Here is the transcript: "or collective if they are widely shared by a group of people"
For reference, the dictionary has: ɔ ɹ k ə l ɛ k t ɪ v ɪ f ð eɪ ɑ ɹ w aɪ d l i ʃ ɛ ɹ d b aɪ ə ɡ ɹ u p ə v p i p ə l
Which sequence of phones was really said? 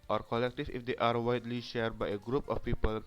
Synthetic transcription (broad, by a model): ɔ ɹ k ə l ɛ k t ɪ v ɪ f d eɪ ɑ ɹ w aɪ d l i ʃ ɛ ɹ d b aɪ ə ɡ ɹ u p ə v p i p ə l